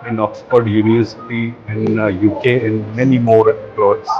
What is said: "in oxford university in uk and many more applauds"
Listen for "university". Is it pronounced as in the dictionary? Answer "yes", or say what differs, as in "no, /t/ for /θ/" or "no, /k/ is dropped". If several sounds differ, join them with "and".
no, /v/ is dropped